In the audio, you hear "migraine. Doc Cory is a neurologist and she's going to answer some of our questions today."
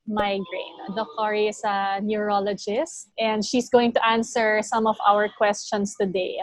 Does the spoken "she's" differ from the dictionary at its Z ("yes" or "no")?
yes